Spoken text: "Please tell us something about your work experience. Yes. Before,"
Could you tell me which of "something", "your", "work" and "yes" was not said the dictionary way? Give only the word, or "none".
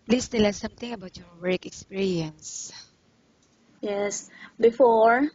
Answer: something